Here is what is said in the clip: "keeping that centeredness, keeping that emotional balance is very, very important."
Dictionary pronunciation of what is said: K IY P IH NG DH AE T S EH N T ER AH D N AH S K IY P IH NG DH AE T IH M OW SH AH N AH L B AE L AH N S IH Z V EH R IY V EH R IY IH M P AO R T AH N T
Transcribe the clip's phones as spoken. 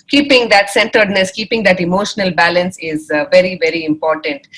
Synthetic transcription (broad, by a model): K IY P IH NG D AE T S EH N T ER D N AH S K IY P IH NG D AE T IH M OW SH AH N AH L B AE L AH N S IH Z V EH R IY V EH R IY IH M P AO R T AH N T